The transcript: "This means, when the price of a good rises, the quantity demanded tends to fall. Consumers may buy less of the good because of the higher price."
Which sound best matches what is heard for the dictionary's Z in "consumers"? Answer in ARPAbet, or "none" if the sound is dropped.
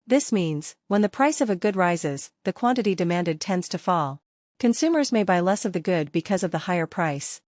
Z